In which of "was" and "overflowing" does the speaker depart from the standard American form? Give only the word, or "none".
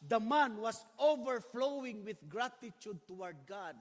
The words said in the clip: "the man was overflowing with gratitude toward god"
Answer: was